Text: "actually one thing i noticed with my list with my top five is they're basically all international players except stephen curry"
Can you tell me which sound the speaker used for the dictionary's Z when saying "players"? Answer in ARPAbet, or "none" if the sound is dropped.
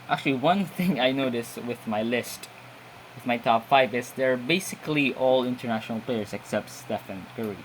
S